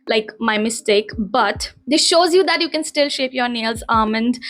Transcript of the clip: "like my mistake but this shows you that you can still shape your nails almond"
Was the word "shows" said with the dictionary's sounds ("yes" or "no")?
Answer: yes